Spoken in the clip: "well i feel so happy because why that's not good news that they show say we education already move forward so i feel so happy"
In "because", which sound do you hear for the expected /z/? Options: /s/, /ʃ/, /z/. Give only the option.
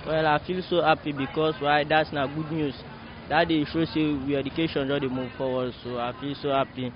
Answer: /s/